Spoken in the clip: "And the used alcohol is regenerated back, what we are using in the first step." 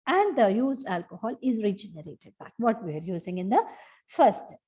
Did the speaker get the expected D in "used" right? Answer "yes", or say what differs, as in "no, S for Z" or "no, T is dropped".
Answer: no, D is dropped